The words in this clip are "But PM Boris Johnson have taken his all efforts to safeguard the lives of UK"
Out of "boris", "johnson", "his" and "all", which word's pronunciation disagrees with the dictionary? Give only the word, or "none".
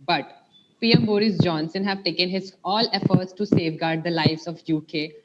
none